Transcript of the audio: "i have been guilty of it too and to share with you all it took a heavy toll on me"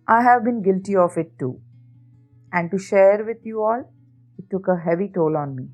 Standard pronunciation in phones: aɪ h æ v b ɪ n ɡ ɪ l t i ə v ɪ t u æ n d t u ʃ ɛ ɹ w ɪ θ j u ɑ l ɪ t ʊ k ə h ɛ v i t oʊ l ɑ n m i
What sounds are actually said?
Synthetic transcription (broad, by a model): aɪ h æ v b ɪ n ɡ ɪ l t i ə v ɪ t u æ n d t u ʃ ɛ ɹ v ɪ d j u ɑ l ɪ t ʊ k ə h ɛ v i t oʊ l ɑ n m i